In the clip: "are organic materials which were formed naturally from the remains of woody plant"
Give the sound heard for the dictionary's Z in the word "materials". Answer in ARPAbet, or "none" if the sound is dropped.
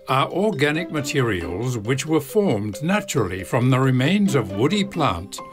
Z